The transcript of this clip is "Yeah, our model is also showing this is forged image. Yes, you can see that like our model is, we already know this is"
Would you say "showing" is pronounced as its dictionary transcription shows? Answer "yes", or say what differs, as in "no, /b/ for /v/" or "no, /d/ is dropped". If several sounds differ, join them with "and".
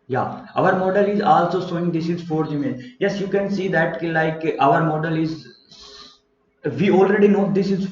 no, /s/ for /ʃ/